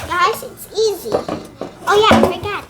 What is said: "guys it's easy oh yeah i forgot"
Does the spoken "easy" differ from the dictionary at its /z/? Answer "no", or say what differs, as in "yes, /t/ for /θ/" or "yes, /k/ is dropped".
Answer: no